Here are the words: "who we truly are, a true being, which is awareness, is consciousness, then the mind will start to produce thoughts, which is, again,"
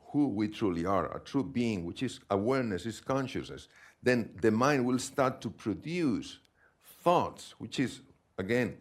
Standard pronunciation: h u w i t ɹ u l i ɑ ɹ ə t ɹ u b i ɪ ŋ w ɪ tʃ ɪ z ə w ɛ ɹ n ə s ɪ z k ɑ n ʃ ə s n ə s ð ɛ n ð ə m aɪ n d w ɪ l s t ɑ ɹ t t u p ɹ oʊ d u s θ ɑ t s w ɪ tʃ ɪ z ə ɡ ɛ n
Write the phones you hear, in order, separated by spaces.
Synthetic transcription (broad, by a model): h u w i t ɹ u l i ɑ ɹ ə t ɹ u b i ɪ ŋ w ɪ tʃ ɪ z ə w ɛ ɹ n ə s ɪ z k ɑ n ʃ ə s n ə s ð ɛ n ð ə m aɪ n d w ɪ l s t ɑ ɹ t t u p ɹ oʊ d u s θ ɑ t s w ɪ tʃ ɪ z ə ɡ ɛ n